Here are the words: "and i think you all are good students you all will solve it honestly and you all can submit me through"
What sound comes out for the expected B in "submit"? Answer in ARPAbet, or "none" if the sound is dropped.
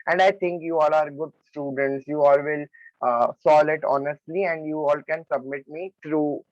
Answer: B